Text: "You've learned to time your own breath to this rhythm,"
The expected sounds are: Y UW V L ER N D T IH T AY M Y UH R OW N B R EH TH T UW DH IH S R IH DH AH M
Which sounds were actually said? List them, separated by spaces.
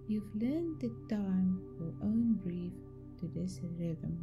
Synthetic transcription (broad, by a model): Y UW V L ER N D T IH T AY M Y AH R OW N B R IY F T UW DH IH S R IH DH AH M